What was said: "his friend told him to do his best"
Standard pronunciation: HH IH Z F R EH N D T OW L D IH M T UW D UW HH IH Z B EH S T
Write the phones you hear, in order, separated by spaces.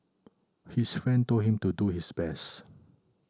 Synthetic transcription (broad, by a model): HH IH S F R EH N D T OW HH IH M T UW D UW HH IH S B EH S T